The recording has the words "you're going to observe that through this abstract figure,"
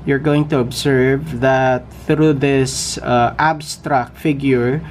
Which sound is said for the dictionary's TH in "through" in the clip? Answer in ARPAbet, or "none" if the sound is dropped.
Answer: TH